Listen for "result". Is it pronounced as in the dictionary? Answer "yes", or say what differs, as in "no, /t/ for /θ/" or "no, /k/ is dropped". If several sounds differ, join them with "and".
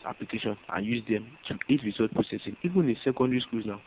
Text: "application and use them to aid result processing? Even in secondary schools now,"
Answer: no, /l/ is dropped